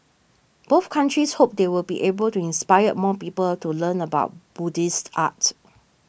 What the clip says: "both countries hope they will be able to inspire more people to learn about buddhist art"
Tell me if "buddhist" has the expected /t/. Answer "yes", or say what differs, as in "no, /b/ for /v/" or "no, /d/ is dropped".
yes